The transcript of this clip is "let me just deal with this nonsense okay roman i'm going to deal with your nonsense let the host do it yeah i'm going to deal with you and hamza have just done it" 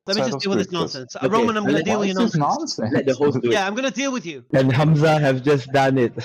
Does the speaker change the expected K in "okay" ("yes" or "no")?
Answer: yes